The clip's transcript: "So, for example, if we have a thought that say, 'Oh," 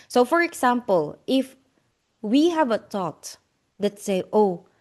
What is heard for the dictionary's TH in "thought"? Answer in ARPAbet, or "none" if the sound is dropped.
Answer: T